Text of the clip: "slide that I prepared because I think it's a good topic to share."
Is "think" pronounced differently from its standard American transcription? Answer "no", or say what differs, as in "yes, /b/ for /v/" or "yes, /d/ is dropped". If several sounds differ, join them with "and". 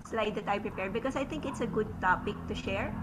yes, /t/ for /θ/